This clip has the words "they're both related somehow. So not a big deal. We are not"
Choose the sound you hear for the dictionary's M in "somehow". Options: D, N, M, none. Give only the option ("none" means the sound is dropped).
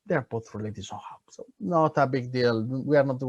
none